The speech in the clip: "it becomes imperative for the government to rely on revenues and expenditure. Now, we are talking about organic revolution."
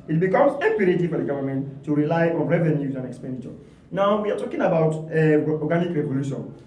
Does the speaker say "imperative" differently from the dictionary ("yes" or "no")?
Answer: yes